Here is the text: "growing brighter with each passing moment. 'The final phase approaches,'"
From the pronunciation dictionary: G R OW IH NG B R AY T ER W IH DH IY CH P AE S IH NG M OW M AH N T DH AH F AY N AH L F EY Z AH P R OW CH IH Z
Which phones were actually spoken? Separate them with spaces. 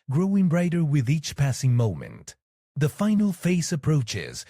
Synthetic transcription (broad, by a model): G R OW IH NG B R AY T ER W IH DH IY CH P AE S IH NG M OW M AH N T DH AH F AY N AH L F EY S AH P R OW CH IH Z